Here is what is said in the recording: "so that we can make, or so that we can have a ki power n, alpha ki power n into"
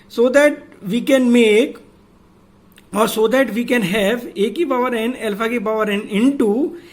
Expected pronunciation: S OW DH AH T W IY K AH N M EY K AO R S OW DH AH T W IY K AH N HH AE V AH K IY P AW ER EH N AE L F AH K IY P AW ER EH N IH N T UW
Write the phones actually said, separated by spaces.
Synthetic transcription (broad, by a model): S OW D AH T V IY K AH N M EY K AO R S OW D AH T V IY K AH N HH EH V AH K IY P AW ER EH N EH L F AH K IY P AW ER EH N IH N T UW